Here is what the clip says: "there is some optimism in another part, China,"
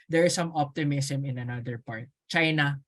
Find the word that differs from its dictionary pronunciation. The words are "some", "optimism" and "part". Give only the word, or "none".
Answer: optimism